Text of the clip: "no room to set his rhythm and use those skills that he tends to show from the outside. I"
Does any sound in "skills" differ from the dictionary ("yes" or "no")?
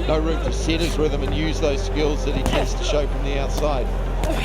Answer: no